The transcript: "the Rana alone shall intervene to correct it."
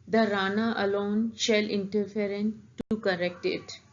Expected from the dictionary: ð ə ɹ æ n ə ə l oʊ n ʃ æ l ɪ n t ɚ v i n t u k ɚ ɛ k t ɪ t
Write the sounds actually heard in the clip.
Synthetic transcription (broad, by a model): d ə ɹ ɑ n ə ə l oʊ n ʃ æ l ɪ n t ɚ f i n t u k ɚ ɛ k t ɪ t